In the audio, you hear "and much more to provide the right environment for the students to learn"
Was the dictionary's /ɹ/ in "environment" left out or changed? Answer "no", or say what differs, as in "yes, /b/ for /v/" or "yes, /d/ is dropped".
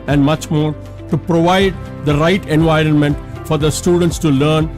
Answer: no